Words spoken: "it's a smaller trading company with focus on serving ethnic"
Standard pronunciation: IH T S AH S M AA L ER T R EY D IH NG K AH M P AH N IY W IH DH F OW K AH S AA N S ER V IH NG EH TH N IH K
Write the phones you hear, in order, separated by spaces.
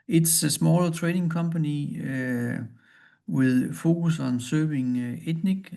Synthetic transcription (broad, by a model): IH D S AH S M AA L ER S R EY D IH NG K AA M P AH N IY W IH DH F OW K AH S AA N S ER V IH NG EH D N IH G